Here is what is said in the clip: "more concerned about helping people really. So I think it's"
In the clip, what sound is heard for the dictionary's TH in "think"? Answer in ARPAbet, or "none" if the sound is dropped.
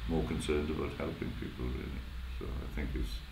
TH